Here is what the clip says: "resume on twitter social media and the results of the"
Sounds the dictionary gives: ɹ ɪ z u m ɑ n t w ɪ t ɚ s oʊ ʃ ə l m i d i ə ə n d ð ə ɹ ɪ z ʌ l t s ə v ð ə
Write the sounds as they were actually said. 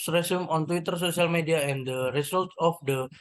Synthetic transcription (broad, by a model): ɹ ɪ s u m ɑ n t w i t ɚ s oʊ s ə l m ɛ d i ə ə n d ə ɹ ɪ s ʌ l t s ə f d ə